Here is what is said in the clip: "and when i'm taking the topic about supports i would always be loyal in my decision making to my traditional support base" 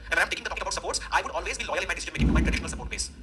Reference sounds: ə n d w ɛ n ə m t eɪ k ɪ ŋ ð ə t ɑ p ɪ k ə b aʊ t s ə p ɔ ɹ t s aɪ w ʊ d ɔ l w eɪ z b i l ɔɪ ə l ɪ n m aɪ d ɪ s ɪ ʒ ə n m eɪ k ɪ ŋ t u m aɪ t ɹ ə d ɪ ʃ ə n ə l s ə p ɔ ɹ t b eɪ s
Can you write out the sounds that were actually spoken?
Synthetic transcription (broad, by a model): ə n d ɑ ə m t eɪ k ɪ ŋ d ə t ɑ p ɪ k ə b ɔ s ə p ɔ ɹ t s aɪ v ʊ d ɔ l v eɪ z b i l ɔɪ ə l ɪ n m aɪ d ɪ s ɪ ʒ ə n m eɪ k ɪ ŋ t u m aɪ t ɹ ə d ɪ ʃ ə n ə l s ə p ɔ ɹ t b eɪ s